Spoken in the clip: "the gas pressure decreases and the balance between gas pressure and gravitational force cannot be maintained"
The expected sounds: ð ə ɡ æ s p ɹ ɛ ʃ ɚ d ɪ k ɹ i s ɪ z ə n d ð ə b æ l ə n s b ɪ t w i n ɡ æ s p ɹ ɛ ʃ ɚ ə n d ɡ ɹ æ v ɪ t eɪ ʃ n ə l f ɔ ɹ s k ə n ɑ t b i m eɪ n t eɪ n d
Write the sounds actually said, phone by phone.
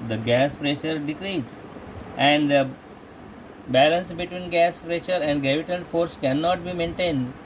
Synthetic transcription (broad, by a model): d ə ɡ æ s p ɹ ɛ ʃ ɚ d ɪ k ɹ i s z ə n d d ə b æ l ə n s b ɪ t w i n ɡ æ s p ɹ ɛ ʃ ɚ ə n d ɡ ɹ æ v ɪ t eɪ n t f ɔ ɹ s k ə n ɑ t b i m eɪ n t eɪ n d